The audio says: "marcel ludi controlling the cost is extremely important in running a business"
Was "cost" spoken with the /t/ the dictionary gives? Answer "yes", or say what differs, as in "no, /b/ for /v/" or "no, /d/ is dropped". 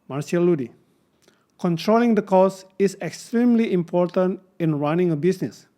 no, /t/ is dropped